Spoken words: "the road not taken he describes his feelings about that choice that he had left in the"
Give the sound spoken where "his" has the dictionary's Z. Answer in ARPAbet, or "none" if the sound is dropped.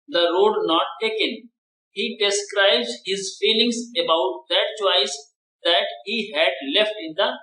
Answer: Z